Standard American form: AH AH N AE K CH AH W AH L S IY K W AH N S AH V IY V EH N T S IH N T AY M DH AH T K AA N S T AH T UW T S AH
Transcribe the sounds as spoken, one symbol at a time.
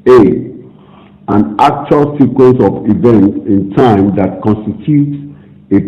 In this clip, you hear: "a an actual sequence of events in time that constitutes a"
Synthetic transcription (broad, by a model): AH AH N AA K CH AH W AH L S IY K W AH N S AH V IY V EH N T IH N T AY M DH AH T K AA N S T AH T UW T S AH